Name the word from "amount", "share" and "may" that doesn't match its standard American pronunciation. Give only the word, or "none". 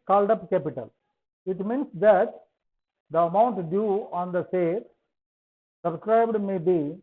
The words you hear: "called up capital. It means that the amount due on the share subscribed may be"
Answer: share